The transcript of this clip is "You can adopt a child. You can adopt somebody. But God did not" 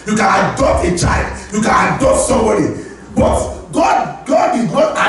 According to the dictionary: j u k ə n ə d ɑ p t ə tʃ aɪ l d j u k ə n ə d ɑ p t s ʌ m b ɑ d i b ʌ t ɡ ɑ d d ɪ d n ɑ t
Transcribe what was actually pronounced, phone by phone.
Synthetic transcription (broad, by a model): j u k ə n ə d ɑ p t ə tʃ aɪ l d j u k ə n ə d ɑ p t s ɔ m b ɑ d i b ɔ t ɡ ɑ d d ɪ d n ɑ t